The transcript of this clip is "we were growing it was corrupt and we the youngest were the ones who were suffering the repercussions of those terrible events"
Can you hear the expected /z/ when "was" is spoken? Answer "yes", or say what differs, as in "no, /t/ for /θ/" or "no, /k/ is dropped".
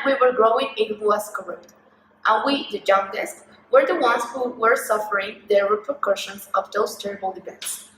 no, /s/ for /z/